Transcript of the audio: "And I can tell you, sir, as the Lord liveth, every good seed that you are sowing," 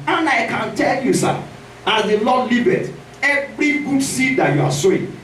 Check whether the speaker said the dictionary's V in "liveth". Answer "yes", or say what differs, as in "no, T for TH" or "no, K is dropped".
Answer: no, B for V